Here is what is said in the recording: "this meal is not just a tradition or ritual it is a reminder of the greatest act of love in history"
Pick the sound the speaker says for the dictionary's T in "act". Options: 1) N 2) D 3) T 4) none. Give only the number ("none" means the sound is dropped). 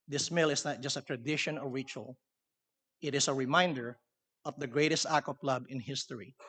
4